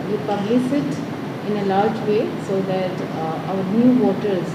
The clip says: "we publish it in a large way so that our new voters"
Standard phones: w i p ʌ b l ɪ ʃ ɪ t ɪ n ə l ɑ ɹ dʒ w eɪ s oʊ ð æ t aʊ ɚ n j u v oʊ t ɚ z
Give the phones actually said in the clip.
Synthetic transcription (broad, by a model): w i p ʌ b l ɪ s ɪ t ɪ n ə l ɑ ɹ dʒ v eɪ s oʊ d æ t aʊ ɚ n j u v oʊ t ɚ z